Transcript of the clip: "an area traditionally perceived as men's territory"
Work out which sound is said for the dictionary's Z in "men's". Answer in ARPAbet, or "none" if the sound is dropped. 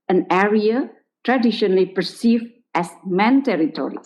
none